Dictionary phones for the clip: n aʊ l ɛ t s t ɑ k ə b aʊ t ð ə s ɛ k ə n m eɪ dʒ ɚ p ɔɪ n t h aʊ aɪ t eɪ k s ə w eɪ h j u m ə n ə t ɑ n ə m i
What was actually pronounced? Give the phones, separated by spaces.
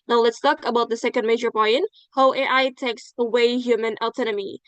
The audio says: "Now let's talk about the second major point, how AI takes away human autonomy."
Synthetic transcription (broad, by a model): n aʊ l ɛ t s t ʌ k ə b aʊ t ð ə s ɛ k ə n m eɪ dʒ ɚ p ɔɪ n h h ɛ aɪ t eɪ k s ə w eɪ h j u m ə n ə t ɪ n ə m i